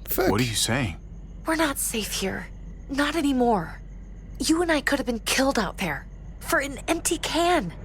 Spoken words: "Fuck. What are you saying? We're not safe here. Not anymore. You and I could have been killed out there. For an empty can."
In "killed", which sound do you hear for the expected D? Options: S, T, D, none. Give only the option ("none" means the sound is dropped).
D